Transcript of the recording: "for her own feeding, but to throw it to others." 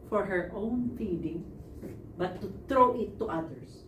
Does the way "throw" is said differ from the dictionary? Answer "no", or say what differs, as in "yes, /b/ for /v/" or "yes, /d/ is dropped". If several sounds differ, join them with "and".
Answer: yes, /t/ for /θ/